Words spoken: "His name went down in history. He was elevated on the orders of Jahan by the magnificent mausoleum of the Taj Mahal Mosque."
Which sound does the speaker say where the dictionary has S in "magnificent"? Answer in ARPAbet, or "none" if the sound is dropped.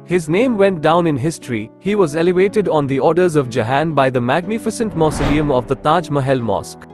S